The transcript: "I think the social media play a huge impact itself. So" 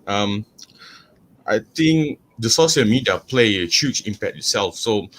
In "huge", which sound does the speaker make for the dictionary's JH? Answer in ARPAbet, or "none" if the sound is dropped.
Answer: CH